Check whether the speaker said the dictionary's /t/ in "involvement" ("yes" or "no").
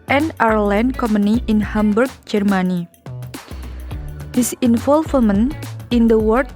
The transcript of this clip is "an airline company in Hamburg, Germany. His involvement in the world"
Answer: no